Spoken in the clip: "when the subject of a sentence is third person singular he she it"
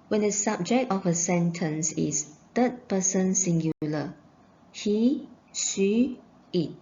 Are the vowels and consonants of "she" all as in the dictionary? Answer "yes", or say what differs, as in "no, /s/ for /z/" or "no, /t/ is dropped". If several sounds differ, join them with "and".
no, /s/ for /ʃ/